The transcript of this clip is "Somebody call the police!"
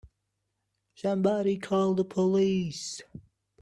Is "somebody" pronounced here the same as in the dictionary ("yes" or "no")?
no